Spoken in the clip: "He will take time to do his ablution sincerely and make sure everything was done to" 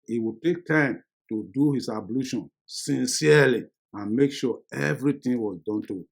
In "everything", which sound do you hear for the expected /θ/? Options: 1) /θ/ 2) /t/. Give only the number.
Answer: 2